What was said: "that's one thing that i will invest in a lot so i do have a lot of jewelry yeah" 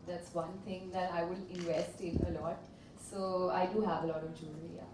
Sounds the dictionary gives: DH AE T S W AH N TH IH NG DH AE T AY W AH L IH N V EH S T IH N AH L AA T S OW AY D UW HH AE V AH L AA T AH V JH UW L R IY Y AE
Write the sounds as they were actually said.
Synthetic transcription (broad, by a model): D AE T S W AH N T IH NG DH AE T AY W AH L IH N V EH S T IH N AH L AA T S OW AY D UW HH AE V AH L AA T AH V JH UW R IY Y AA